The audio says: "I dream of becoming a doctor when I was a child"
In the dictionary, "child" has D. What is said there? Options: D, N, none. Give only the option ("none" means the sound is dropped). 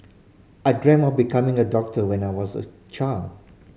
none